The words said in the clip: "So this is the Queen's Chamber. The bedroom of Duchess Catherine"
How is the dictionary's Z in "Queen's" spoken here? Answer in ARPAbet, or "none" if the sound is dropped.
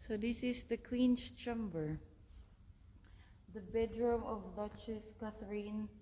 S